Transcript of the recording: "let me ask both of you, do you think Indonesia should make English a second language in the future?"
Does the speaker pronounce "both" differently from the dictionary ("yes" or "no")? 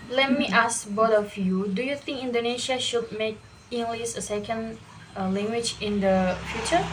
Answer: yes